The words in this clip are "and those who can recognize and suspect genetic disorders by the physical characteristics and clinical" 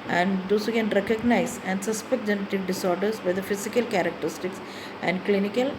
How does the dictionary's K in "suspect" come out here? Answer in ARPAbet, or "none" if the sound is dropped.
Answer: none